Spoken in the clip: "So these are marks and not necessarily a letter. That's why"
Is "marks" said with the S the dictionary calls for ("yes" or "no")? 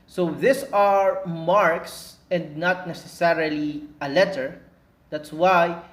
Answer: yes